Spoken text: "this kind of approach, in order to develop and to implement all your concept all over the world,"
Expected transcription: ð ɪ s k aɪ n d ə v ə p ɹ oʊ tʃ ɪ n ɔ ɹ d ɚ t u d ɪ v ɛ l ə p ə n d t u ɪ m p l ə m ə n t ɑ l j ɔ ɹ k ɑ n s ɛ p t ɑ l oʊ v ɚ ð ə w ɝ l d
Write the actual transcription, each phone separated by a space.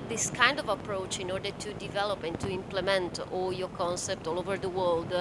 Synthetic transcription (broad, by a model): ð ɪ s k aɪ n d ə v ə p ɹ oʊ tʃ ɪ n ɔ ɹ d ɚ t u d ɪ v ɛ l ə p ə n t u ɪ m p l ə m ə n t ɑ l j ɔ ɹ k ɑ n s ɛ p t ɑ l oʊ v ɚ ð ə w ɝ l d